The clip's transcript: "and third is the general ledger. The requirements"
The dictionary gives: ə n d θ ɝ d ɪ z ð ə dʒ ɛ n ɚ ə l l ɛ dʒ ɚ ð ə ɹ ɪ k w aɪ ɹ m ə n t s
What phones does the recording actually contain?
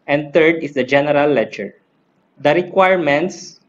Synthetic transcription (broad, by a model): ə n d t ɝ d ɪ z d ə dʒ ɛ n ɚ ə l l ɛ tʃ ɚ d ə ɹ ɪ k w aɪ ɹ m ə n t s